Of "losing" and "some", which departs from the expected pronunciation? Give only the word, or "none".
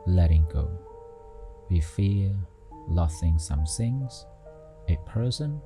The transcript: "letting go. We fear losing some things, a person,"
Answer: losing